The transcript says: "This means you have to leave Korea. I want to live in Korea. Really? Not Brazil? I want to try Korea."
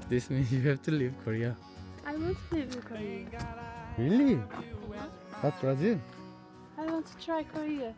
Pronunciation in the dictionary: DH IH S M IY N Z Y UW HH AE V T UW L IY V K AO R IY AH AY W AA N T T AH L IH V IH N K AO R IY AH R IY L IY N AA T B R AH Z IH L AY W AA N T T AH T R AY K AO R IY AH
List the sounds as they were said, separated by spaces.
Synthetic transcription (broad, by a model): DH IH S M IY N Y UW HH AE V T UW L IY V K AO R IY AH AY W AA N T T AH L IH V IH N K AO R IY AH R IY L IY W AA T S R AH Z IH N AY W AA N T T AH T R AY K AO R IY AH